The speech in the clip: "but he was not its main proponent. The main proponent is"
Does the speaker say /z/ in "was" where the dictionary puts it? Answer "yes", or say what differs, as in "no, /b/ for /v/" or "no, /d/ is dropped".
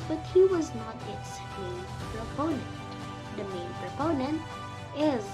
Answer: yes